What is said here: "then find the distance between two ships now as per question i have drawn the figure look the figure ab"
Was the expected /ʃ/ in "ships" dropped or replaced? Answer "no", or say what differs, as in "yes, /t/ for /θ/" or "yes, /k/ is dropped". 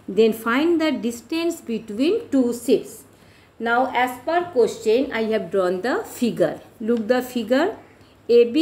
yes, /s/ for /ʃ/